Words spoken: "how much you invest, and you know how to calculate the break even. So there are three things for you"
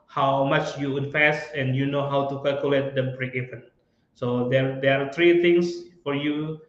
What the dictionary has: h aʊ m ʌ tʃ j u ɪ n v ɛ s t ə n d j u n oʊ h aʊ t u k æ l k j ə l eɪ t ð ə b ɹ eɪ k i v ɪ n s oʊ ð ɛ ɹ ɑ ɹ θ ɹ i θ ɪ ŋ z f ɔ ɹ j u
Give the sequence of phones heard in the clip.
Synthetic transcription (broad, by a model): h aʊ m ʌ tʃ j u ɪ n f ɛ s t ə n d j u n oʊ h aʊ t u k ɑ l k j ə l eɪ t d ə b ɹ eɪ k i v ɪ n s oʊ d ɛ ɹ ɑ ɹ t ɹ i t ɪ ŋ s f ɔ ɹ j u